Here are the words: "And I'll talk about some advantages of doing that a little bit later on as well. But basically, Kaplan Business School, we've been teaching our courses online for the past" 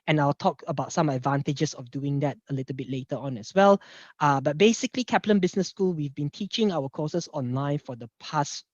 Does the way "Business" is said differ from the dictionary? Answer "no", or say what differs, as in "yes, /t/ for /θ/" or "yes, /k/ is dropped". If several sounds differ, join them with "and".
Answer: yes, /s/ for /z/